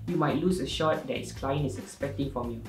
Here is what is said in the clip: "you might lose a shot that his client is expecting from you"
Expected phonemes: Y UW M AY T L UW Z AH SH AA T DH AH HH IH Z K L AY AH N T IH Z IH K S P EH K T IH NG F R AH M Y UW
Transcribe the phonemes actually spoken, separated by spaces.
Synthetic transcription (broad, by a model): Y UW M AY T L UW S AH SH AA T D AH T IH S K L AY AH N IH S IH K S P EH K T IH NG F R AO M Y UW